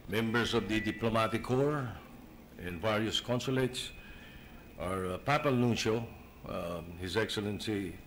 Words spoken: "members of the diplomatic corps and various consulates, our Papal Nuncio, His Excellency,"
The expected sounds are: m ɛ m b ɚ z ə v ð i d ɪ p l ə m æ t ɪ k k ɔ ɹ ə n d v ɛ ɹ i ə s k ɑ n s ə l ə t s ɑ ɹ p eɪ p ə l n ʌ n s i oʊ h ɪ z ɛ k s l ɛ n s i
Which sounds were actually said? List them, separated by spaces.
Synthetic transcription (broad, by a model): m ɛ m b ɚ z ə v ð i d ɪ p l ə m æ t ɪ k k ɔ ɹ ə n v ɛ ɹ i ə s k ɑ n s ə l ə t s ɑ ɹ p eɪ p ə l n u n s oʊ h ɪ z ɛ k s l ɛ n s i